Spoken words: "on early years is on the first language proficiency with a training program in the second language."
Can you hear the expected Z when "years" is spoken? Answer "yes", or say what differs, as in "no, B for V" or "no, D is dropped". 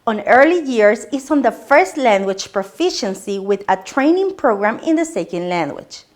no, S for Z